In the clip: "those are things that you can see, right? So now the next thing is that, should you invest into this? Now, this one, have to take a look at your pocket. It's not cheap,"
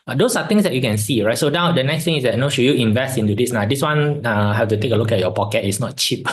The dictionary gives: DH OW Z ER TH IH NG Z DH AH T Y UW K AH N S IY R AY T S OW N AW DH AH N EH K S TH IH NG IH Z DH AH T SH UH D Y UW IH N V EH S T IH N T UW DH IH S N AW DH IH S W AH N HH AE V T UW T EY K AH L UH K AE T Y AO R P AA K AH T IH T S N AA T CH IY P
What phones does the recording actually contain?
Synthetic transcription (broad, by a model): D OW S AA T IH NG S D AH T Y UW K AH N S IY R AY T S OW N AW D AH N EH K S T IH NG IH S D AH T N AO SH Y UW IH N V EH S T IH N T UW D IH S N AW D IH S W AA N HH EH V T UW T EY K AH L UH K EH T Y AO P AA K AH T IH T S N AA T CH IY P